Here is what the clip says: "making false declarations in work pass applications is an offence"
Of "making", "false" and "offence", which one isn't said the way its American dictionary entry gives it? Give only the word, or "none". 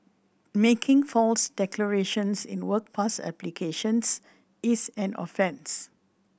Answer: none